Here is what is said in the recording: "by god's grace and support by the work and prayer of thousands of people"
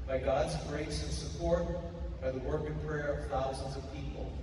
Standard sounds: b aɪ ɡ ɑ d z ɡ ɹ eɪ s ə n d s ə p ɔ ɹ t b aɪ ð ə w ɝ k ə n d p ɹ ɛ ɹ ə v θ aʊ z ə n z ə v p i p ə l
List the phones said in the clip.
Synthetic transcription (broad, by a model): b aɪ ɡ ɑ d z ɡ ɹ eɪ s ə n s ə p ɔ ɹ t b aɪ ð ə w ɝ k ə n p ɹ ɛ ɹ ə v θ aʊ z ə n z ə v p i p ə l